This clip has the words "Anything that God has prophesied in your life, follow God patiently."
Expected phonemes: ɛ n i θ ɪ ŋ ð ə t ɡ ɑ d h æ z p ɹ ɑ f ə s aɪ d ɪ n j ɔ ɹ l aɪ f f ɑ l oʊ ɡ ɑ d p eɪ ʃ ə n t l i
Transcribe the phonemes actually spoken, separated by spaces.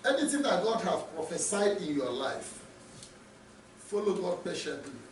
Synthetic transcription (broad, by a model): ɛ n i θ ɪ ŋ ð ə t ɡ ɑ d h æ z p ɹ ɑ f ə s aɪ d ɪ n j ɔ l aɪ f f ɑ l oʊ ɡ ɑ d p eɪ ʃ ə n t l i